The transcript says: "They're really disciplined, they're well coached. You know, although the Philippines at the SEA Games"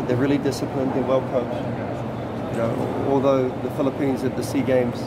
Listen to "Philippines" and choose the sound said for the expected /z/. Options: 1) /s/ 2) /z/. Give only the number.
2